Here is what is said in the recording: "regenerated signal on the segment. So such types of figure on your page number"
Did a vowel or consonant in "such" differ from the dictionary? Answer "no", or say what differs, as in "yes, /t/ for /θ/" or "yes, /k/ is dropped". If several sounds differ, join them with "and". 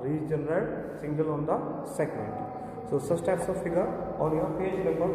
yes, /s/ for /tʃ/